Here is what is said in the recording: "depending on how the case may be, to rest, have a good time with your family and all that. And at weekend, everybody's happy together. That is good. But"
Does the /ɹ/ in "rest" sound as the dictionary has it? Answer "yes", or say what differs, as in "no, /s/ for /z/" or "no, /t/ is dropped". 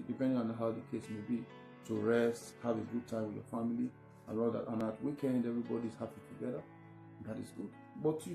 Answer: yes